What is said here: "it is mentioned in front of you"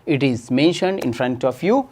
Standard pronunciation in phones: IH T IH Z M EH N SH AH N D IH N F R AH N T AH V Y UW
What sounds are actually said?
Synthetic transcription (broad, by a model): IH T IH Z M EH N SH AH N D IH N F R AH N T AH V Y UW